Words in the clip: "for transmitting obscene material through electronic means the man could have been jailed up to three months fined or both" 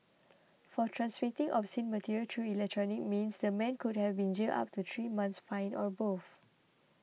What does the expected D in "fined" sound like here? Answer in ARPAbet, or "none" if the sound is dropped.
none